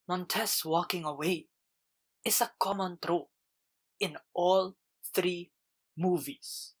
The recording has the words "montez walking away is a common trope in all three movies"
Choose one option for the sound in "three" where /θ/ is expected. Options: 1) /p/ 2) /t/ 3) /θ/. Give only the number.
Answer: 3